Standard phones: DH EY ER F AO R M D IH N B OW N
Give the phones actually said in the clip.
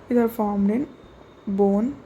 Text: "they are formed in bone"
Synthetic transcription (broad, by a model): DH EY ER F AO R M D IH N B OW N